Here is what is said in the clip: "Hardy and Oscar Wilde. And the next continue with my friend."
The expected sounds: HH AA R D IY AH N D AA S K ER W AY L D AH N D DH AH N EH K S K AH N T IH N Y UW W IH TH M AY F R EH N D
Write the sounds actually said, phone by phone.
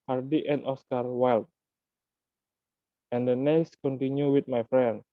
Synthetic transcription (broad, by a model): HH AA R D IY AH N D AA S K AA W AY L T AH N D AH N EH S K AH N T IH N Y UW W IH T M AY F R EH N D